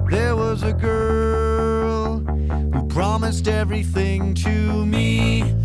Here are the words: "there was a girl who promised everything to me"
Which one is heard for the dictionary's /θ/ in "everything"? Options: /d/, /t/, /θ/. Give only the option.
/θ/